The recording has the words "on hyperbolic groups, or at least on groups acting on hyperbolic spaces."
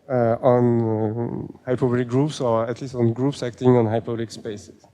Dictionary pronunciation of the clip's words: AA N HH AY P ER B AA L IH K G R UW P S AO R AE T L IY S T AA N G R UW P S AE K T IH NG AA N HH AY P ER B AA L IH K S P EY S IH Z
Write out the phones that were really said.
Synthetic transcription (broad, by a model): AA N HH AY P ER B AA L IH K G R UW P S AO R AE T L IY S T AA N G R UW P S AE K T IH NG AA N HH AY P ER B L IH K S P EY S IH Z